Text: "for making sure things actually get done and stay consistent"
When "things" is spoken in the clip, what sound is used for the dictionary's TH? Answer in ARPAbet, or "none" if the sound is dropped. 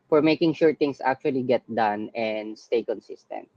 T